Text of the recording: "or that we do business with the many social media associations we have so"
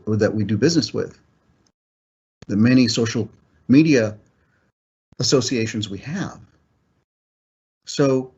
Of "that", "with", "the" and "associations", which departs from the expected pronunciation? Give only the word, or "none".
none